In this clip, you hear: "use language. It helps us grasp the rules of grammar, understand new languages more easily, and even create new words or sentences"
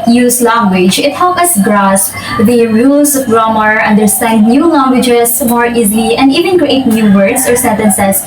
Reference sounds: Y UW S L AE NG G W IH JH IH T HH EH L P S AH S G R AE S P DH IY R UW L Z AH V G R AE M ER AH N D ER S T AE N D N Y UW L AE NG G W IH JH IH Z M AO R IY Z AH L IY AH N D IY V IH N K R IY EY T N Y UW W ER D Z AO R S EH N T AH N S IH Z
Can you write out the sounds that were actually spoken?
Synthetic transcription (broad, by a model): Y UW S L AE NG G W IH JH IH T HH EH L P AH S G R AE S P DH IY R UW L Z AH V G R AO M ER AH N D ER S T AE N D N Y UW L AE NG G W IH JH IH S M AO R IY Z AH L IY AH N D IY V IH N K R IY EY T N Y UW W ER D S AO R S EH N T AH N S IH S